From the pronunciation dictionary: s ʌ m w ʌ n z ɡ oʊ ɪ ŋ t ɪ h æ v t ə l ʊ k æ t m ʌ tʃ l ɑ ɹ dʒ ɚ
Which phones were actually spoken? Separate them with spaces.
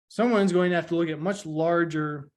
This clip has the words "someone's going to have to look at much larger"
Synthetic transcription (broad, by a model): s ʌ m w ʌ n z ɡ oʊ ɪ ŋ t ɪ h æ f t ə l ʊ k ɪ t m ʌ tʃ l ɑ ɹ dʒ ɚ